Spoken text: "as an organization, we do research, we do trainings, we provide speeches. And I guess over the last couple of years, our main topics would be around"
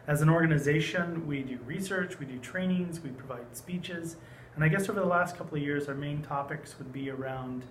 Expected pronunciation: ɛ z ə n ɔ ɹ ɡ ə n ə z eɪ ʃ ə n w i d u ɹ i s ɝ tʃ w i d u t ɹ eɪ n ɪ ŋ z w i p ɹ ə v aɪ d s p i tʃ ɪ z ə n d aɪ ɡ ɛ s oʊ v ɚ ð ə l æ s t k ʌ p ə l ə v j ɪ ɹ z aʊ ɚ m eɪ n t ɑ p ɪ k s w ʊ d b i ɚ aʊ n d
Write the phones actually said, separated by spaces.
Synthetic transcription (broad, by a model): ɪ z ə n ɔ ɹ ɡ ə n ə z eɪ ʃ ə n w i d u ɹ i s ɝ tʃ w i d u t ɹ eɪ n ɪ ŋ z w i p ɹ ə v aɪ d s p i tʃ ɪ z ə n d aɪ ɡ ɛ s oʊ v ɚ ð ə l æ s t k ʌ p l ə v j ɪ ɹ z aʊ ɚ m eɪ n t ɑ p ɪ k s w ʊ d b i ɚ aʊ n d